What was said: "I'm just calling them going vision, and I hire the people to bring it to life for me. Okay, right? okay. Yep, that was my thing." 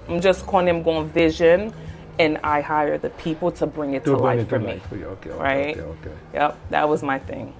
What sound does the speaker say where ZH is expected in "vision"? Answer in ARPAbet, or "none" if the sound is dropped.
ZH